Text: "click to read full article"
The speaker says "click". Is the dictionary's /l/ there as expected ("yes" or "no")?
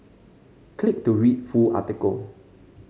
yes